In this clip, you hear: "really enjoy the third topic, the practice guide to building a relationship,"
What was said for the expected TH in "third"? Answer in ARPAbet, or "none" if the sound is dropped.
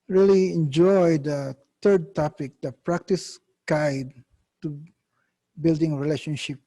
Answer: T